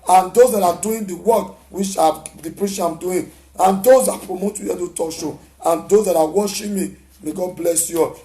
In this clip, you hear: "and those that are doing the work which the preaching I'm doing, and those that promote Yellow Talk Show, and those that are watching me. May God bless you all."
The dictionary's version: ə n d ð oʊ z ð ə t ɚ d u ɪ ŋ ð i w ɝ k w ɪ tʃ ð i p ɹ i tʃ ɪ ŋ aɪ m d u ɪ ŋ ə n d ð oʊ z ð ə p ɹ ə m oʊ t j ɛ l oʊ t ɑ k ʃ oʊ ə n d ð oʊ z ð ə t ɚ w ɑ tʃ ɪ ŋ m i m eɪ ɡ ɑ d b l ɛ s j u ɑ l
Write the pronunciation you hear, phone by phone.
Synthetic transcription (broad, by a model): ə n d oʊ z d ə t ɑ d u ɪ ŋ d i w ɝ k w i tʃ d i p ɹ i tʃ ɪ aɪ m d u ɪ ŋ ə n d oʊ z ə p ɹ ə m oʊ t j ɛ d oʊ t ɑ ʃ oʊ ə n d oʊ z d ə t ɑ w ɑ ʃ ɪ m i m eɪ ɡ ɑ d b l ɛ s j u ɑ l